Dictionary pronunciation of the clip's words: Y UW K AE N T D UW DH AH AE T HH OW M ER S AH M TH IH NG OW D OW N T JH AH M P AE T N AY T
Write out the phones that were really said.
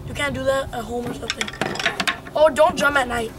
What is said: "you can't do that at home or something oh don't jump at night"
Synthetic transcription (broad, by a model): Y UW K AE N D UW DH AH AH HH OW M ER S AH TH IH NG OW D OW N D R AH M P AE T N AY T